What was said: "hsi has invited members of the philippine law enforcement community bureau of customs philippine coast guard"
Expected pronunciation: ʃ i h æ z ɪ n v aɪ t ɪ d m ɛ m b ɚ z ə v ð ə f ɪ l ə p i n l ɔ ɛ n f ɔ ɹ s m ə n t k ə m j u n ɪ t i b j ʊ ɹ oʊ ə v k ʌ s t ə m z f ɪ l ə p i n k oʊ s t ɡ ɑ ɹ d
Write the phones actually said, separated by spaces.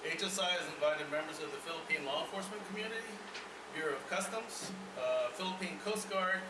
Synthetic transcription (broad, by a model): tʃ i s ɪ z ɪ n v aɪ t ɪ d m ɛ m b ɚ z ə v ð ə f ɪ l ə p i n l ɔ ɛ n f ɔ ɹ s m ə n k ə m j u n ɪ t i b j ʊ ɹ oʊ ə v k ʌ s t ə m z f ɪ l ə p i n k oʊ s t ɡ ɑ ɹ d